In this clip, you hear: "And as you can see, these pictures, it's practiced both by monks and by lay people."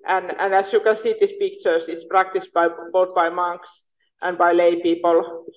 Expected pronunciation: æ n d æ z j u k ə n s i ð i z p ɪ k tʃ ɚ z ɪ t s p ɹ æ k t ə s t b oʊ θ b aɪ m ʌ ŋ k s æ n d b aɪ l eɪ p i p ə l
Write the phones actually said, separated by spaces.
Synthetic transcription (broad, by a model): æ n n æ s j u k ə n s i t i s p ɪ k tʃ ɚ s ɪ t s p ɹ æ k t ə s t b oʊ t b aɪ m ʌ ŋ k s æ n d b aɪ l eɪ p i p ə l